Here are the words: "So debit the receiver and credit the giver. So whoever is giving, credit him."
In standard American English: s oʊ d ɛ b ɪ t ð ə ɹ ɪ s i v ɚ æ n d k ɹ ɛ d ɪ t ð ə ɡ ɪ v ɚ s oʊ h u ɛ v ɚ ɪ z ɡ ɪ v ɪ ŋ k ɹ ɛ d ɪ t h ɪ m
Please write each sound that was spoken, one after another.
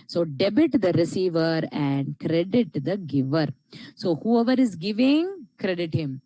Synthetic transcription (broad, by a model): s oʊ d ɛ b ɪ t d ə ɹ ɪ s i v ɚ æ n d k ɹ ɛ d ɪ t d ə ɡ ɪ v ɚ s oʊ h u ɛ v ɚ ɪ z ɡ ɪ v ɪ ŋ k ɹ ɛ d ɪ t h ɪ m